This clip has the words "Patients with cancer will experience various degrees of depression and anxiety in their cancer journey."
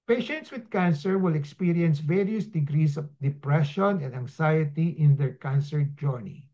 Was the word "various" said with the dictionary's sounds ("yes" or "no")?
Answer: yes